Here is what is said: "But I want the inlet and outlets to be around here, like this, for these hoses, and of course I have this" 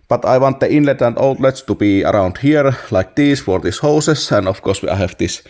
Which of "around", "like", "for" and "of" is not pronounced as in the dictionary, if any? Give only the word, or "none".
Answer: of